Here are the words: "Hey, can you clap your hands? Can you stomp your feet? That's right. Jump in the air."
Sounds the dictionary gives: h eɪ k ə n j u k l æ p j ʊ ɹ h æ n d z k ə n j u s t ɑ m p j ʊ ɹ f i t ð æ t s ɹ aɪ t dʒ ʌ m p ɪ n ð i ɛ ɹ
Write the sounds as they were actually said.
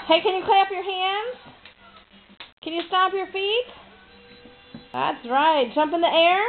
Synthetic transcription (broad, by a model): h eɪ k ə n j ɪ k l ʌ p j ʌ ɹ h æ n d z k ə n j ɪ s t ɑ p j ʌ ɹ f i t ð æ t s ɹ aɪ t dʒ ʌ m p ɪ n ð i ɛ ɹ